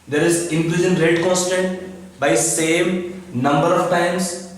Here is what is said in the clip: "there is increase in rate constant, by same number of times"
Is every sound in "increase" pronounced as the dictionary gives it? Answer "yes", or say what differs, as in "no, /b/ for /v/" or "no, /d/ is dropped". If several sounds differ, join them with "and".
no, /l/ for /ɹ/